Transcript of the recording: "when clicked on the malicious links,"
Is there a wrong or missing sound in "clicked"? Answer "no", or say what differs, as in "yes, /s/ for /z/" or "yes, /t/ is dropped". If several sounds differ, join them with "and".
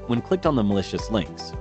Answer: no